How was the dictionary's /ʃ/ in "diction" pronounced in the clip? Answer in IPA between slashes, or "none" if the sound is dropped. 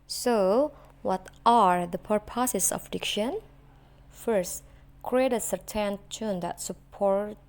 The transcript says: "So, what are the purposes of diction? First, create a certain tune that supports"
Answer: /ʃ/